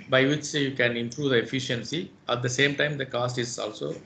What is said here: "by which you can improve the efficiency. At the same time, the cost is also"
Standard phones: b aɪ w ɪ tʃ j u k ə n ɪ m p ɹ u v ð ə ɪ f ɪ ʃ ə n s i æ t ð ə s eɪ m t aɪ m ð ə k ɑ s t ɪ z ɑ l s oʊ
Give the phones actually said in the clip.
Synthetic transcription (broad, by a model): b aɪ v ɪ tʃ j u k ə n ɪ m p ɹ u v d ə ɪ f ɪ ʃ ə n s i æ t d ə s eɪ m t aɪ m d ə k ɑ s t ɪ z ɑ l s oʊ